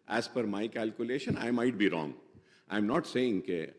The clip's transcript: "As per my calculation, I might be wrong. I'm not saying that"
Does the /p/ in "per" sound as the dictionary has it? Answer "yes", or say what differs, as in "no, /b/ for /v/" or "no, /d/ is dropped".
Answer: no, /f/ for /p/